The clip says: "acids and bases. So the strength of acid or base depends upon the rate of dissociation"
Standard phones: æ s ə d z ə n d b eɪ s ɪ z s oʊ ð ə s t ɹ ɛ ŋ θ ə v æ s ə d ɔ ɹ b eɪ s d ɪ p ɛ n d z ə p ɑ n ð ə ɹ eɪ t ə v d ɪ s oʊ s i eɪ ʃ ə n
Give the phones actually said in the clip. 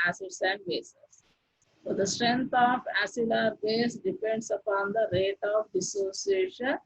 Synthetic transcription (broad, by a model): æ s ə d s ə n d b eɪ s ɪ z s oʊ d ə s t ɹ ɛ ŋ t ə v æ s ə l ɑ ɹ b eɪ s d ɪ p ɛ n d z ə p ɑ n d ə ɹ eɪ t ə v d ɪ s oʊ s i eɪ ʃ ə n